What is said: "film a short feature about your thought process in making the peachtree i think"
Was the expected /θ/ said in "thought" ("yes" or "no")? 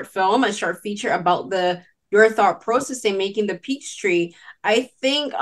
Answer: yes